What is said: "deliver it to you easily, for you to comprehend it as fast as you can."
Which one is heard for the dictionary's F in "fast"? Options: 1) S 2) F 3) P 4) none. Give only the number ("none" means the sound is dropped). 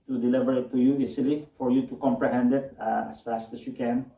2